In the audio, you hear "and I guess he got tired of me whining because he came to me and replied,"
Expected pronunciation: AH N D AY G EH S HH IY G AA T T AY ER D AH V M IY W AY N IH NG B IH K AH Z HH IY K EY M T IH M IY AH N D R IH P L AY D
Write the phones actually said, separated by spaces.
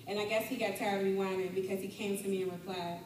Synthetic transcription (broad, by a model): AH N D AY G EH S HH IY G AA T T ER AH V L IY W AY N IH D B IH K AH Z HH IY K EY M T IH M IY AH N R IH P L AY